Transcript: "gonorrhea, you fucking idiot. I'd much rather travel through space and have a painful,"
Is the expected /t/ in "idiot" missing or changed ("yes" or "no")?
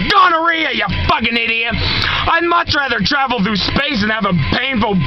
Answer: yes